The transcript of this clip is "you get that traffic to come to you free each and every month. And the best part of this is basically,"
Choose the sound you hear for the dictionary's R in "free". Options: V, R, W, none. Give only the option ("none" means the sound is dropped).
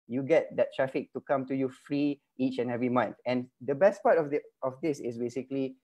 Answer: R